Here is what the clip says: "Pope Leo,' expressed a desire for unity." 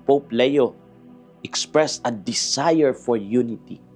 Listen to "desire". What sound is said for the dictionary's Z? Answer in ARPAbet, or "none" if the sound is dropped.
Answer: S